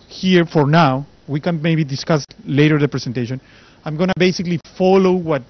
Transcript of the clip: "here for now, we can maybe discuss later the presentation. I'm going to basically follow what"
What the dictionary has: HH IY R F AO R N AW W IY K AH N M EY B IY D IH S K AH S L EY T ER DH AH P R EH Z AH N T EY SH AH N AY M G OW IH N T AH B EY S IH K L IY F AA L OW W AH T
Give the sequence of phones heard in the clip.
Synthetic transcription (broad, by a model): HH IY R F AO R N AW W IY K AH N M EY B IY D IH S K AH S L EY T ER DH AH P R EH S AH N T EY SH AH N AY M G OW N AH B EY S IH K L IY F AA L OW W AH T